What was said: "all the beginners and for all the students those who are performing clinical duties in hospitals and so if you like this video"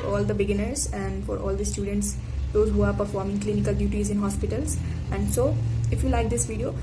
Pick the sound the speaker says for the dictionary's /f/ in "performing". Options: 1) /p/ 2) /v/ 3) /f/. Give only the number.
3